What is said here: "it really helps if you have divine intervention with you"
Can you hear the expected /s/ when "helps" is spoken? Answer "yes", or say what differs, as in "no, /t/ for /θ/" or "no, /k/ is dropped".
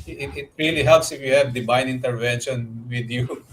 yes